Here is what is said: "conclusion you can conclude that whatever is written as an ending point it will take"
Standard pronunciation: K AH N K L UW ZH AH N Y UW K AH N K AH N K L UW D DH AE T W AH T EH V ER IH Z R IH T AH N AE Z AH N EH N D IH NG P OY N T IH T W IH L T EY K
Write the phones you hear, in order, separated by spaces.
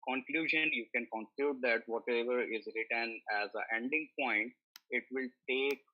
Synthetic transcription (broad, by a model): K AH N K L UW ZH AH N Y UW K AH N K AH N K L UW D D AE T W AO T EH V ER IH Z R IH T AH N AE Z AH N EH N D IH NG P OY N T IH T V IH L T EY K